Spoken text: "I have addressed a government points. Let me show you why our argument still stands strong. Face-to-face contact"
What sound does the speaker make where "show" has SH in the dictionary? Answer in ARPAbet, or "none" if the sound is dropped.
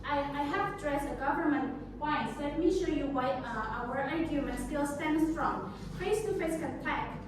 SH